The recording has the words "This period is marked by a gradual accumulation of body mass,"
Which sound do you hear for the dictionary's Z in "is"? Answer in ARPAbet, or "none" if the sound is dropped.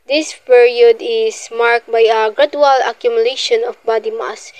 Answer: S